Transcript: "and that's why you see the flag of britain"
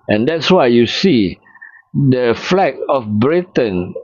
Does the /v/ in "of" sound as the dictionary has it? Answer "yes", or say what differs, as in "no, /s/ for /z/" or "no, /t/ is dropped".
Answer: no, /f/ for /v/